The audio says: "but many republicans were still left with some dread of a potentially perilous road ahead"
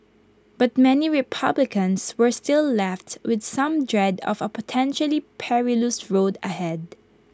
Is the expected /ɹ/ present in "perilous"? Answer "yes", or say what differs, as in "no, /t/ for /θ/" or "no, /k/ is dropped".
yes